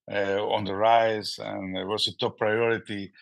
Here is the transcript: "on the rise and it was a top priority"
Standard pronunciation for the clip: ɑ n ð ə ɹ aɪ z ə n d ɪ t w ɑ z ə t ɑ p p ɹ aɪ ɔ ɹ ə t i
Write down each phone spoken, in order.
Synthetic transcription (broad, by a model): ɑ n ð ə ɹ aɪ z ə n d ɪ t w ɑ s ə t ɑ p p ɹ aɪ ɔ ɹ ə t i